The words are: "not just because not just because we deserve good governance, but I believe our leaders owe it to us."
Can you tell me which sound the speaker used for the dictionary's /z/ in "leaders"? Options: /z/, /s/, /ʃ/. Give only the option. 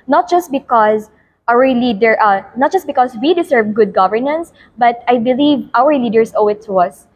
/s/